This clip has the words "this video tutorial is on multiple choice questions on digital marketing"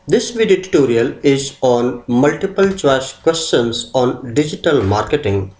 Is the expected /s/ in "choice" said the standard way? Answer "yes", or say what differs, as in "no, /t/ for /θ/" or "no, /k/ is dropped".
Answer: no, /ʃ/ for /s/